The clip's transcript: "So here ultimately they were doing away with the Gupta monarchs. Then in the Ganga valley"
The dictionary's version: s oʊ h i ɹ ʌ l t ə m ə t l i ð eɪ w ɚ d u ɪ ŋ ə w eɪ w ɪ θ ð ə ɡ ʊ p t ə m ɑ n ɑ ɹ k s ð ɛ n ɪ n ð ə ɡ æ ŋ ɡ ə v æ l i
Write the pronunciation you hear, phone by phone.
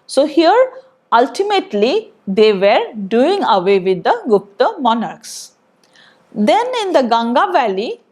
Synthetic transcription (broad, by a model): s oʊ h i ɹ ʌ l t ə m ə t l i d eɪ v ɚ d u ɪ ŋ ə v eɪ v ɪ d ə ɡ ʊ p t ə m ɑ n ɑ ɹ k s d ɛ n ɪ n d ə ɡ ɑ ŋ ɡ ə v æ l i